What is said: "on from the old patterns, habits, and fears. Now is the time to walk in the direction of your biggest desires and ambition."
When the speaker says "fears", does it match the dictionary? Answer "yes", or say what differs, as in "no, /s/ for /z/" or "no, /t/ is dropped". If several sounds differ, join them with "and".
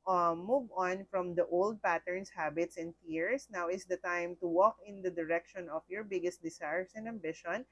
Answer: no, /s/ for /z/